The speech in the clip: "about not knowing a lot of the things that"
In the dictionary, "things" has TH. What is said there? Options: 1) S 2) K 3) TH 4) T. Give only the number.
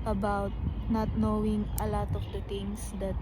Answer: 4